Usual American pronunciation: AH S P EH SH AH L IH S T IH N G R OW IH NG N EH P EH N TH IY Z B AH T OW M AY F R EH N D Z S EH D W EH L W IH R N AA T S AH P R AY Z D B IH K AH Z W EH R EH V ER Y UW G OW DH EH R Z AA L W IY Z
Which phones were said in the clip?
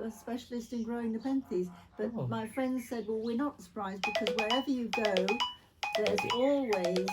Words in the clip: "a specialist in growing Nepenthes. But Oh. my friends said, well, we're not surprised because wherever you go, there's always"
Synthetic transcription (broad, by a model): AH S P EH SH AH L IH S T IH N G R OW IH NG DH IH P EH N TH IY Z B AH T M AY F R EH N D Z S EH D W EH L W IH R N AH T S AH P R AY Z B IH K AH Z W EH R EH V ER Y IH G OW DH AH R Z AA L W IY Z